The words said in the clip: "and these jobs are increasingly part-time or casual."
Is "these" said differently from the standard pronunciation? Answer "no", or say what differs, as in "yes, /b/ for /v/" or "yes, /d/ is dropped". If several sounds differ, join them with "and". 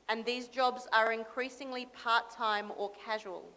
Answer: no